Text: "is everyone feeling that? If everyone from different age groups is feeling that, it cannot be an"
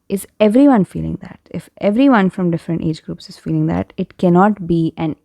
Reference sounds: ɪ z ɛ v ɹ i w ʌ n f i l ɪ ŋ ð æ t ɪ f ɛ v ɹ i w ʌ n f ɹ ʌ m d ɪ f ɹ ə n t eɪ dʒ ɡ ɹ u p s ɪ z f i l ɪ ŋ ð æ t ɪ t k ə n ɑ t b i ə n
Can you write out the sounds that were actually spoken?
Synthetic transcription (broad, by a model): ɪ z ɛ v ɹ i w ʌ n f i l ɪ ŋ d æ t ɪ f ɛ v ɹ i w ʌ n f ɹ ʌ m d ɪ f ɹ ə n t eɪ dʒ ɡ ɹ u p s ɪ z f i l ɪ ŋ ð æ t ɪ t k ə n ɑ t b i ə n